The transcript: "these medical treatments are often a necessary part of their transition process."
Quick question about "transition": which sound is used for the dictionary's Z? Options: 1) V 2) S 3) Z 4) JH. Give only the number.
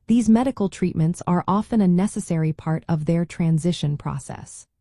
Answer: 3